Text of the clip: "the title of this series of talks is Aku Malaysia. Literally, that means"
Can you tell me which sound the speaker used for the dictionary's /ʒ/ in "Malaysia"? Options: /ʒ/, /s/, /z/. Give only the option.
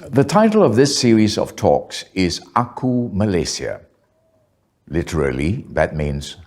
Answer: /s/